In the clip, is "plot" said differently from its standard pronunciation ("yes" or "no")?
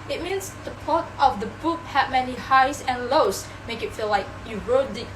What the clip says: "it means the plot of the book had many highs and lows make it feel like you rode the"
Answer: yes